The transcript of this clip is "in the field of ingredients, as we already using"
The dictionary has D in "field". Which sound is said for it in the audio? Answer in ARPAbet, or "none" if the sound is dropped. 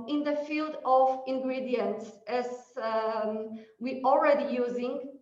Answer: D